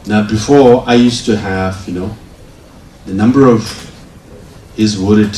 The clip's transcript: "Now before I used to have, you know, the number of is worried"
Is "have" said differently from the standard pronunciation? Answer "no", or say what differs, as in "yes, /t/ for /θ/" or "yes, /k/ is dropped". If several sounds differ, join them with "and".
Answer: no